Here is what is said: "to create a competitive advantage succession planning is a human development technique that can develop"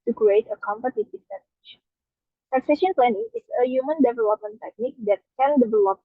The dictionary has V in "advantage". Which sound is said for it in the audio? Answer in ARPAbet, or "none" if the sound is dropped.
none